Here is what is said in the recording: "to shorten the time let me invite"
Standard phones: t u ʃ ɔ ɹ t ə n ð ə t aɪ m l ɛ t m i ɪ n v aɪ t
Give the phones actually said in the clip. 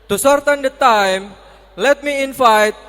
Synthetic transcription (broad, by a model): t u s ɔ ɹ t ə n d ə t aɪ m l ɛ t m i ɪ n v aɪ t